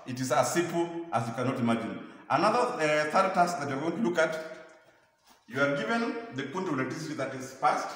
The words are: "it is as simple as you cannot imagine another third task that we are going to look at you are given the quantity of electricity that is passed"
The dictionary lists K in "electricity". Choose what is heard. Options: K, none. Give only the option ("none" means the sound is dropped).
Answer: none